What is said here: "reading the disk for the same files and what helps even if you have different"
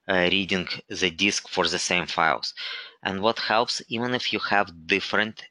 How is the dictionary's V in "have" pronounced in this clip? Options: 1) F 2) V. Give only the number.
2